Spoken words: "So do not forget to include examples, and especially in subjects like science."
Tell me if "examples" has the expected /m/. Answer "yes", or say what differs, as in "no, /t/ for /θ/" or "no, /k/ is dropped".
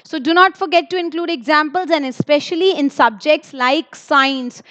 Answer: yes